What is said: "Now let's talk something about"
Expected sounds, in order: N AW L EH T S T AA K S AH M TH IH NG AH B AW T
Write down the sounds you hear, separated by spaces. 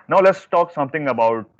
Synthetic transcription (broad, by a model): N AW L EH T S T AA K S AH M T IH NG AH B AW T